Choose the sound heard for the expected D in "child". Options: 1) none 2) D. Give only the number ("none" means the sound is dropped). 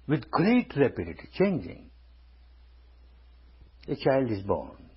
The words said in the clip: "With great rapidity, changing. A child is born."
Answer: 2